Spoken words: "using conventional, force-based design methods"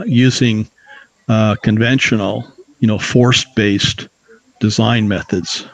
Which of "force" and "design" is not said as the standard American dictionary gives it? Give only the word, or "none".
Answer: none